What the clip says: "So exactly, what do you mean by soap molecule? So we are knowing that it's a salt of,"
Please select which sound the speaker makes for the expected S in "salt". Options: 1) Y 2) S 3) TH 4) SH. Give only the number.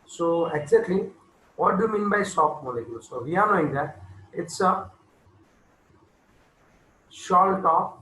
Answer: 4